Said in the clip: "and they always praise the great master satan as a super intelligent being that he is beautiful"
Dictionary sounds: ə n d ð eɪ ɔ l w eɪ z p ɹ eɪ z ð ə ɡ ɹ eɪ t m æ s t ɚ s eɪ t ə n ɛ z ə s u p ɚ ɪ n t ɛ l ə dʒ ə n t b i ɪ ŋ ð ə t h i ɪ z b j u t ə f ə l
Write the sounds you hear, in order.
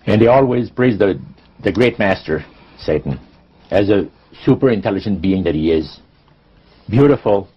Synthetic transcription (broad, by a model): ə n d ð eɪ ɔ l w eɪ z p ɹ eɪ z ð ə ɡ ɹ eɪ t m æ s t ɚ s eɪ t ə n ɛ z ə s u p ɚ ɪ n t ɛ l ə dʒ ə n t b i ɪ ŋ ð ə t h i ɪ z b j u t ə f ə l